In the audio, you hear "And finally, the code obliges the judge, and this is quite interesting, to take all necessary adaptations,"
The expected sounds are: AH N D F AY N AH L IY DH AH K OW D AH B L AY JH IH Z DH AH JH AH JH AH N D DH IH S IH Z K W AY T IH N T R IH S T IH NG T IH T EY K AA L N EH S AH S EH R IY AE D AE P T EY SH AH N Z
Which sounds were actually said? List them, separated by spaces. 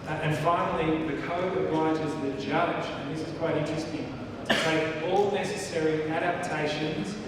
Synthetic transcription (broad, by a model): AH N F AY N L IY DH AH K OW AH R AY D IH Z DH AH JH AH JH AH N DH IH S IH Z K W AY T IH N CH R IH S T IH NG T IH T EY K AA L N EH S AH S EH R IY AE D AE P T EY SH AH N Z